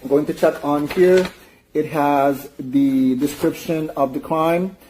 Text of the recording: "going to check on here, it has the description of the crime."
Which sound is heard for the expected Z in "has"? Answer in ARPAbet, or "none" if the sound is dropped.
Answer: Z